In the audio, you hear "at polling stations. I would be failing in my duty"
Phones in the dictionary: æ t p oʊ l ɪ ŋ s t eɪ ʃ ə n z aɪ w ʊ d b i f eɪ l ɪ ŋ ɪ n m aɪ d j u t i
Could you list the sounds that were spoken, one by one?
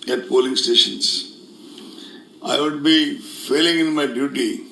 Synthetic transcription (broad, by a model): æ t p oʊ l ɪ ŋ s t eɪ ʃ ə n s aɪ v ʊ d b i f eɪ l ɪ ŋ ɪ n m aɪ d j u t i